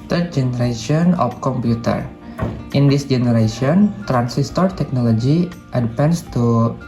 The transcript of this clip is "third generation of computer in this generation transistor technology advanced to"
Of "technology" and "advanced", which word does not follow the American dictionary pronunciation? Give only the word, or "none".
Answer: advanced